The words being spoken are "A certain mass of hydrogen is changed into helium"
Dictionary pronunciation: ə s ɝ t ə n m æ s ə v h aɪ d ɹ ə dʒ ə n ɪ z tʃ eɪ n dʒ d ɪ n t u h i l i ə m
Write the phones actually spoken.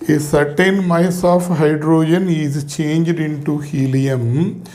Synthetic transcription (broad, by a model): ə s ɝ t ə n m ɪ s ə f h aɪ d ɹ ə dʒ ə n ɪ z tʃ eɪ n dʒ d ɪ n t u h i l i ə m